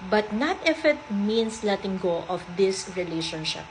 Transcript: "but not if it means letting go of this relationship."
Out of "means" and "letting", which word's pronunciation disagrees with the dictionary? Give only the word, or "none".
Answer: means